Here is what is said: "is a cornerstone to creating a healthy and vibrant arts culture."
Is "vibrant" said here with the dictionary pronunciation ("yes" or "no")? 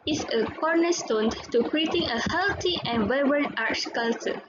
no